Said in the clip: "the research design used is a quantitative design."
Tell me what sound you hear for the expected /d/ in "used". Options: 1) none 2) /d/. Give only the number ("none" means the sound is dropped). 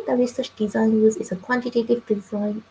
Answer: 1